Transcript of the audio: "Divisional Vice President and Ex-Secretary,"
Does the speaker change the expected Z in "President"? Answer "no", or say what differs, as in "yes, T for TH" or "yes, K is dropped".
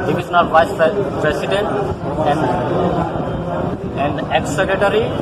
yes, S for Z